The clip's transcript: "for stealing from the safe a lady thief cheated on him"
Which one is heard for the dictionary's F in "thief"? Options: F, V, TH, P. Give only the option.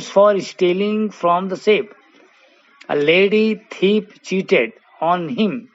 P